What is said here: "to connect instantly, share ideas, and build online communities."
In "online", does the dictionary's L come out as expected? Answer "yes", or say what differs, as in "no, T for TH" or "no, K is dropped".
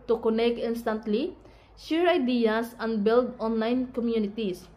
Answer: yes